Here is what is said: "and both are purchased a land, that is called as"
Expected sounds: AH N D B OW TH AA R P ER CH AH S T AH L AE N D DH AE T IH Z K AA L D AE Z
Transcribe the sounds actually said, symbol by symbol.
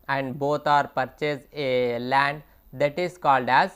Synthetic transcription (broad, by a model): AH N D B OW T AA R P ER CH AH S AH L AE N D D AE T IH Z K AA L D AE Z